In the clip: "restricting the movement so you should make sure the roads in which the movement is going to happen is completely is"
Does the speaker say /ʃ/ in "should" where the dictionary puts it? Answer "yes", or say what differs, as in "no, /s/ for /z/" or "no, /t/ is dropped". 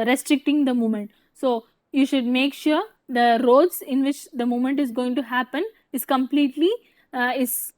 yes